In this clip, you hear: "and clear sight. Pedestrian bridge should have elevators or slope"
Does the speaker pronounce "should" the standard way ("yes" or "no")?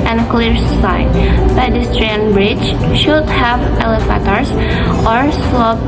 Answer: yes